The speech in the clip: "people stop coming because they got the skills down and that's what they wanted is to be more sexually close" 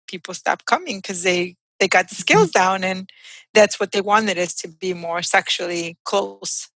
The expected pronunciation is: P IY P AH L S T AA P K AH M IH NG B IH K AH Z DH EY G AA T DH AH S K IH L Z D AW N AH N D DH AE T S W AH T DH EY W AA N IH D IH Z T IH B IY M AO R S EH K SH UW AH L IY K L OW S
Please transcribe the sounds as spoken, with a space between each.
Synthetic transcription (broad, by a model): P IY P L S T AA P K AH M IH NG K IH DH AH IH DH EY G AA T DH AH S K IH L Z D AW N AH N DH AE T S W AH T DH EY W AA N IH D IH Z T IH B IY M AO R S EH K SH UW L IY K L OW S